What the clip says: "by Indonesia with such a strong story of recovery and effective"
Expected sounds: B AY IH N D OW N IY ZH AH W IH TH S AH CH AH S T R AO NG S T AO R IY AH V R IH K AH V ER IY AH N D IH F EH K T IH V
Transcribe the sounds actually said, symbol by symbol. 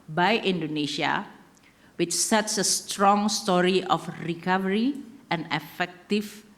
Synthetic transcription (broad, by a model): B AY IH N D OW N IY SH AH W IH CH S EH S AH S T R AO NG S T AO R IY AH F R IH K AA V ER IY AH N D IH F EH K T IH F